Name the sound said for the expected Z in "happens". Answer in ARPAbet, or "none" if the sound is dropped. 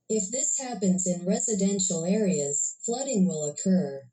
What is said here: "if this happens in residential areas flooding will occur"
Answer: Z